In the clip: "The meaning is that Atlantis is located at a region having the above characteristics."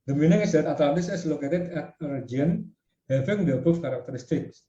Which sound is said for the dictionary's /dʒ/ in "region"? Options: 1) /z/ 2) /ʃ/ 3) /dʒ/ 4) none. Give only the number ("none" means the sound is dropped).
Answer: 4